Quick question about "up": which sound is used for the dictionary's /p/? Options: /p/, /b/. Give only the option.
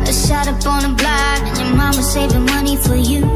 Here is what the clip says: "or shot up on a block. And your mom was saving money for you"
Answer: /b/